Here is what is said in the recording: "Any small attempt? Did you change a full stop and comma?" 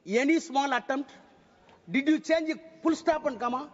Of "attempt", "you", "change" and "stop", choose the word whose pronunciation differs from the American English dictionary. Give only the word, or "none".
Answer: attempt